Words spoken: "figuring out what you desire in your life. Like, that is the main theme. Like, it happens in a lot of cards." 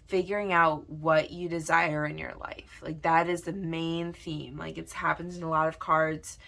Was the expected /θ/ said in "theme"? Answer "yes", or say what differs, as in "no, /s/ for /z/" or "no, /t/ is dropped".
yes